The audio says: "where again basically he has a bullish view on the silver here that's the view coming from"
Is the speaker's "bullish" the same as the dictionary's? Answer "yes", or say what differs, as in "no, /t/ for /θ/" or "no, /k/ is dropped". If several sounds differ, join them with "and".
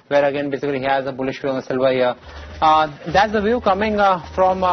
yes